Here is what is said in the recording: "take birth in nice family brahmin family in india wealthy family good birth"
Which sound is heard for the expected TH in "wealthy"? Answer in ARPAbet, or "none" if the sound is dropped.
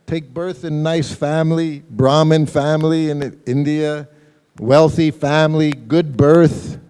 TH